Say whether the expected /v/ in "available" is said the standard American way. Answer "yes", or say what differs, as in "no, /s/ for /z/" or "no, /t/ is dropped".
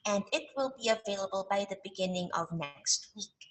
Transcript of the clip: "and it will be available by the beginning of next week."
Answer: yes